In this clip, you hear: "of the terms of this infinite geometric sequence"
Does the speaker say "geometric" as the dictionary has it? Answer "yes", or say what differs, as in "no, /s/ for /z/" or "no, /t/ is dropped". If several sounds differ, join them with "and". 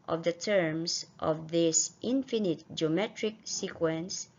yes